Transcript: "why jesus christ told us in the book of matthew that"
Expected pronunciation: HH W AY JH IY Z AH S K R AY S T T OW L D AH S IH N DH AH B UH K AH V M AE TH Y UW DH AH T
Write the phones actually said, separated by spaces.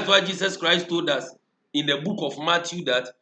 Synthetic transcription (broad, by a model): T W AY JH IY S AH S K R AY S T T OW L D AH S IH N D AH B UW K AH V M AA T Y UW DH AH T